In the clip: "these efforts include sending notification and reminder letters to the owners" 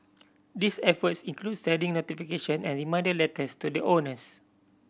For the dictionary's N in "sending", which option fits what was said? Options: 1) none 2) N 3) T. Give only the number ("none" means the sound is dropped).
1